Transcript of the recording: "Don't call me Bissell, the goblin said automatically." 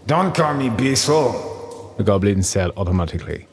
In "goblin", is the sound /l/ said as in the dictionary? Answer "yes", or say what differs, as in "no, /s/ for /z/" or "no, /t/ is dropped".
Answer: yes